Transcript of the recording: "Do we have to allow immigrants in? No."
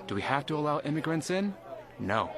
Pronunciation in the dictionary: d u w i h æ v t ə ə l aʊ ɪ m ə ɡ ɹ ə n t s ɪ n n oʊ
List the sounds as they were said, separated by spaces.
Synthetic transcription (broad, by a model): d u w i h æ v t ə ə l aʊ ɪ m ə ɡ ɹ ə n t s ɪ n n oʊ